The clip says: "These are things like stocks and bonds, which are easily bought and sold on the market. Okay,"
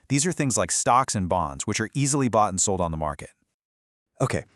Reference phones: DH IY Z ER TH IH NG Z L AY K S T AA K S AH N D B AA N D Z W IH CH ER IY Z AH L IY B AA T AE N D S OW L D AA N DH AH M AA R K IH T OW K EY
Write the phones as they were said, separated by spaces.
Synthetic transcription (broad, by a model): DH IY Z ER TH IH NG Z L AY K S T AA K S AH N B AA N D Z W IH CH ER IY Z L IY B AA T N S OW L D N DH AH M AA R K IH T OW K EY